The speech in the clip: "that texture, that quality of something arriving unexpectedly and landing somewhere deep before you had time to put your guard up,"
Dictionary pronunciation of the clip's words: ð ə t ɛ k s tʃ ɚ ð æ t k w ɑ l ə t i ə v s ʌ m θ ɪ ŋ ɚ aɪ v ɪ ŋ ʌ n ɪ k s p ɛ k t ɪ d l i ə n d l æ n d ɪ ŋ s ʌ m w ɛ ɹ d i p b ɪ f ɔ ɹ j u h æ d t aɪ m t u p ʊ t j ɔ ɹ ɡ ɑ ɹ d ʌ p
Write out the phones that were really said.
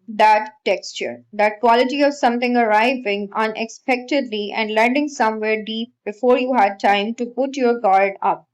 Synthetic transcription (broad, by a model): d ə t ɛ k s tʃ ɚ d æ t k w ɑ l ə t i ə v s ʌ m t ɪ ŋ ɚ aɪ v ɪ ŋ ʌ n ɪ k s p ɛ k t ɪ d l i ə n d l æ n d ɪ ŋ s ʌ m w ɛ ɹ d i p b ɪ f ɔ ɹ j u h æ d t aɪ m t u p ʊ t j ɔ ɹ ɡ ɑ ɹ d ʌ p